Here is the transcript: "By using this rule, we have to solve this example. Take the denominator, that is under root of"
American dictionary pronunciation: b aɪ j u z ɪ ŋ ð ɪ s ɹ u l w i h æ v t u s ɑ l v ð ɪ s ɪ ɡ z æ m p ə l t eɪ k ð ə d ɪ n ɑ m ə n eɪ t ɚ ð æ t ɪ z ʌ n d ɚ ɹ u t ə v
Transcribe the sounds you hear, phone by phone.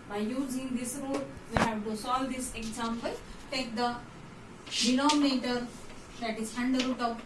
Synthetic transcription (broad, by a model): b aɪ j u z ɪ ŋ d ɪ s ɹ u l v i h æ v t u s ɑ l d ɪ s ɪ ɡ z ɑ m b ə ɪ t eɪ k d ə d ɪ l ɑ m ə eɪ t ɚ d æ t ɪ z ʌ n d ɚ ɹ u t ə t